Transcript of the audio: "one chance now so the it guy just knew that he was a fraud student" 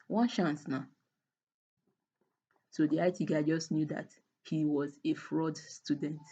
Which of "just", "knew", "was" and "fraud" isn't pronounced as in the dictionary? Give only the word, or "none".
none